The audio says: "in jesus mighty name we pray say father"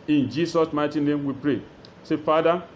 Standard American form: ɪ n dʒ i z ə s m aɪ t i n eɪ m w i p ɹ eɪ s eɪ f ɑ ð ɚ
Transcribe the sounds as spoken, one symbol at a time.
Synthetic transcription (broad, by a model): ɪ n dʒ i s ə s m aɪ t i n eɪ m w i p ɹ eɪ s eɪ f ɑ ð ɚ